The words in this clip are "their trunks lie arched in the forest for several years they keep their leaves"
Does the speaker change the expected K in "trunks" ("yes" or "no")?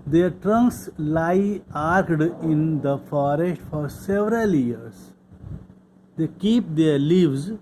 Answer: no